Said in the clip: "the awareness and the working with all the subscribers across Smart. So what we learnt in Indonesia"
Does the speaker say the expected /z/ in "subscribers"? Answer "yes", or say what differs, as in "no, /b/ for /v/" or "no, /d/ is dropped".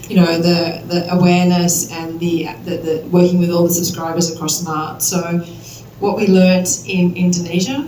yes